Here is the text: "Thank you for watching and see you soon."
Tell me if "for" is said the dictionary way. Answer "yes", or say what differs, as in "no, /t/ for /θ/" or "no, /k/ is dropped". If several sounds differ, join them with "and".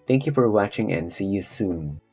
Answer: yes